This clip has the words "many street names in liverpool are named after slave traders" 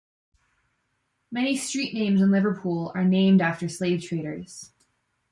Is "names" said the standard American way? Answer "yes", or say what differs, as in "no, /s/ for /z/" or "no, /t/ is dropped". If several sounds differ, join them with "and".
yes